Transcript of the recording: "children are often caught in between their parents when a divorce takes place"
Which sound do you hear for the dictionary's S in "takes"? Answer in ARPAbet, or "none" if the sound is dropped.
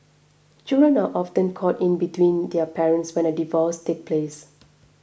none